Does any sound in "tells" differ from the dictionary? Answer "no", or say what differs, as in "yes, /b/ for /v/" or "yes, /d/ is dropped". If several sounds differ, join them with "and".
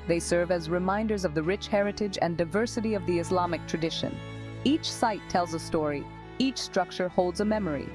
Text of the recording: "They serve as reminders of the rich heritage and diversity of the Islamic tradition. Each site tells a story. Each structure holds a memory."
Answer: no